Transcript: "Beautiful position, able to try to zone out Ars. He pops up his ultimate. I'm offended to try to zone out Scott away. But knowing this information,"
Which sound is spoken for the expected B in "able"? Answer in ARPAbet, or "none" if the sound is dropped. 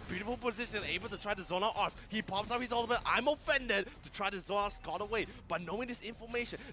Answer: B